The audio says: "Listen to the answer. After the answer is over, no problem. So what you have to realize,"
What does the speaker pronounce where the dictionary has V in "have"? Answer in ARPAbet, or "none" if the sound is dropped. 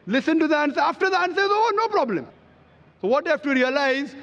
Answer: F